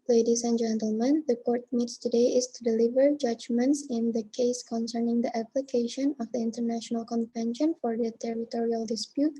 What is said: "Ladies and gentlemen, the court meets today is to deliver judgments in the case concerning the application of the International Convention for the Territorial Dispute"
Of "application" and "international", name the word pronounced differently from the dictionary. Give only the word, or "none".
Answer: none